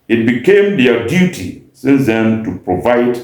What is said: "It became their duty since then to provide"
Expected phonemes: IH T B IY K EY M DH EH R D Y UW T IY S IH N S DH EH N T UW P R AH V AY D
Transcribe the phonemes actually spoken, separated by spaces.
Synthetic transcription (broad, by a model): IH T B IY K EY M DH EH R D Y UW T IY S IH N S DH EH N T UW P R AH V AY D